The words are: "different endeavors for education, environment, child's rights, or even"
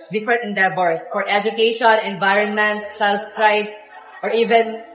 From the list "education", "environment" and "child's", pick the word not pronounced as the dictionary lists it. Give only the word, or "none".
child's